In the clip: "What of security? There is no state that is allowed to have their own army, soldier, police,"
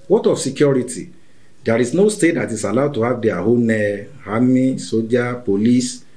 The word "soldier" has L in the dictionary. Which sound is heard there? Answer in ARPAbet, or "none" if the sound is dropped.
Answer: none